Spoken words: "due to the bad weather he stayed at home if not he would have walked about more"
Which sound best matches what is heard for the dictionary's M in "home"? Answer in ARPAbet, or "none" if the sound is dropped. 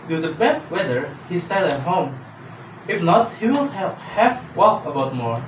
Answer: M